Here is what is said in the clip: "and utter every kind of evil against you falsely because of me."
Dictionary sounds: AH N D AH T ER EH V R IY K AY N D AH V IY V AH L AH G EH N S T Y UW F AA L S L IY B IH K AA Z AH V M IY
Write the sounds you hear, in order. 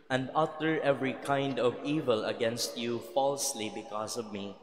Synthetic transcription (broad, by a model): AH N D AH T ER EH V R IY K AY N D AH V IY V AH L AH G EH N S T Y UW F AA L S L IY B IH K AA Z AH V M IY